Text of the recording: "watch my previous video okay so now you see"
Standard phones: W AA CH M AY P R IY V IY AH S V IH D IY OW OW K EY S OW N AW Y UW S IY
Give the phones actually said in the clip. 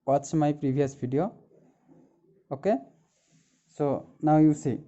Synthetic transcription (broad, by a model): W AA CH M AY P R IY B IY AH S B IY D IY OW OW K EY S OW N AW Y UW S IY